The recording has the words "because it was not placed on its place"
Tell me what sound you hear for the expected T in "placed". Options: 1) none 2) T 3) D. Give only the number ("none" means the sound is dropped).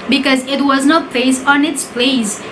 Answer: 1